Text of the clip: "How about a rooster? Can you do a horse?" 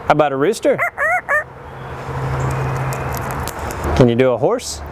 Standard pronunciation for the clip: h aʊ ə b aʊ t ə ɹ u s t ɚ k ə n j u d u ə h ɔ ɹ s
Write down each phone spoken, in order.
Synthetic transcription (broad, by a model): h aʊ ə b aʊ t ə ɹ u s t ɚ k ə n j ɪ d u ə h ɔ ɹ s